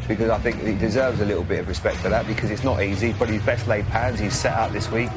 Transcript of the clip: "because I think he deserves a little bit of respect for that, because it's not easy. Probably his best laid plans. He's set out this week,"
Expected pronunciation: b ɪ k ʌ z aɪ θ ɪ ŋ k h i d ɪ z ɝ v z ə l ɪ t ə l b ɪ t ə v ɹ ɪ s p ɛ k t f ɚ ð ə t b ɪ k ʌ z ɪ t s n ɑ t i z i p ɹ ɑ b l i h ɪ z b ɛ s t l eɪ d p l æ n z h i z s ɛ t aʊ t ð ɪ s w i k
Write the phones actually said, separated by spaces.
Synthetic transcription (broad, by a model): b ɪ k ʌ z aɪ θ ɪ ŋ k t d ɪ z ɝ v z ə l ɪ t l b ɪ t ə v ɹ ɪ s p ɛ k t f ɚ ð ə t b ɪ k ʌ z ɪ t s n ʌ t i z i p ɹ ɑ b i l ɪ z b ɛ s t l eɪ d p æ n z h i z s ɛ t aʊ t ð ɪ s w i k